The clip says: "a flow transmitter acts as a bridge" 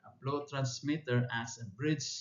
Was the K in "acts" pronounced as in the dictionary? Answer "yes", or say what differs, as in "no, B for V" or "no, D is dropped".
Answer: no, K is dropped